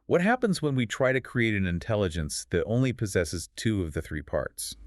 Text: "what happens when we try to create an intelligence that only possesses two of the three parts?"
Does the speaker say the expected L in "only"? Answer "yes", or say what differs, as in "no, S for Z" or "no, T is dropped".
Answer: yes